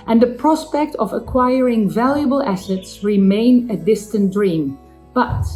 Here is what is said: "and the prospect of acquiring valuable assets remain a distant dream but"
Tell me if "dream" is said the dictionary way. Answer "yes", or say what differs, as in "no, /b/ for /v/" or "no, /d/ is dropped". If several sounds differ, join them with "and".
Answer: yes